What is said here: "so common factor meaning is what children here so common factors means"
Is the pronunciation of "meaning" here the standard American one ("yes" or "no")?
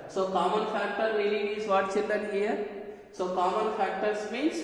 no